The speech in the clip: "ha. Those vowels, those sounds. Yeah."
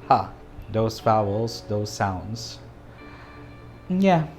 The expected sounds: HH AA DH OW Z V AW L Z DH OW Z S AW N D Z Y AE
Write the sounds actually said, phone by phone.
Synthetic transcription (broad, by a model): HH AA DH OW Z F AW L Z DH OW Z S AW N D Z Y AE